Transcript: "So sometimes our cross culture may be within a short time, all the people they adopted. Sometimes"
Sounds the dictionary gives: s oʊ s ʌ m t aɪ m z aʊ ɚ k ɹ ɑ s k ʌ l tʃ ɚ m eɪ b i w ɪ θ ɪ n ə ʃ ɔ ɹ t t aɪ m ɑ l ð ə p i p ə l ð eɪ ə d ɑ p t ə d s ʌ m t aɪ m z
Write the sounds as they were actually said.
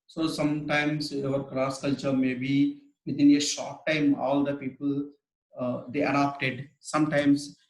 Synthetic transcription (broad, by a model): s oʊ s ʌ m t aɪ m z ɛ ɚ k ɹ ɑ s k ʌ l tʃ ɚ m eɪ b i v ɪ t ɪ n ə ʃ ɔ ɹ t t aɪ m ɑ l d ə p i p ə l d eɪ ə d ɑ p t ə d s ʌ m t aɪ m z